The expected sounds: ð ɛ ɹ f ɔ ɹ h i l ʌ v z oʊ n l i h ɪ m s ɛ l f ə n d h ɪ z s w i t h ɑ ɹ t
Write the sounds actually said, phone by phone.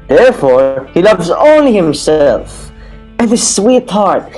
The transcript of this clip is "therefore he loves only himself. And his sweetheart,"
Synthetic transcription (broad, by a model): ð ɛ ɹ f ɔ ɹ h i l ʌ v z oʊ n l i h ɪ m s ɛ l f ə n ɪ s w i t h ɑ ɹ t